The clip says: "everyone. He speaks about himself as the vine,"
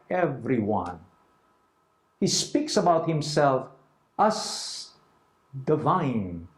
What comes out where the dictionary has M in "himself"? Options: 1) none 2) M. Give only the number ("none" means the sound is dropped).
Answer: 2